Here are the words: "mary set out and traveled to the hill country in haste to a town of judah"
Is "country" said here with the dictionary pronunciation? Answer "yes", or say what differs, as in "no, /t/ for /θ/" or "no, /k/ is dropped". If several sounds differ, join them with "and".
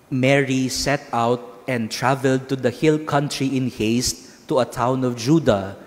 yes